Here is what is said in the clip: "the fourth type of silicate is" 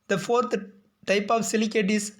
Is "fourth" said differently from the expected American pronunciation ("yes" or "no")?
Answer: yes